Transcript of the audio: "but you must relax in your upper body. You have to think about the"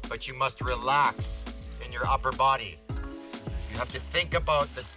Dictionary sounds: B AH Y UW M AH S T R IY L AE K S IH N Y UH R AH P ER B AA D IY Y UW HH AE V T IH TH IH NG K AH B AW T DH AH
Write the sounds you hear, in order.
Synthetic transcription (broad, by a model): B AH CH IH M AH S T R IY L AE K S IH N Y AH R AH P ER B AA D IY Y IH HH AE F T IH TH IH NG K AH B AW T DH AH